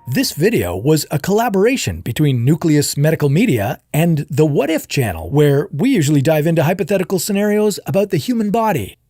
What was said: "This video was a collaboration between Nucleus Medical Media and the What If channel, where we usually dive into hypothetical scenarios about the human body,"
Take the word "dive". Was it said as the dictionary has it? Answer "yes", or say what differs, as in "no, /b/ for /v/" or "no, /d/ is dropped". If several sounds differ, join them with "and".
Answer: yes